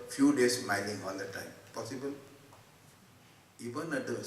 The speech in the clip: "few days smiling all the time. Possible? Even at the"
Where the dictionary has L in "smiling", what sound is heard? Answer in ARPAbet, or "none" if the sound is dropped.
N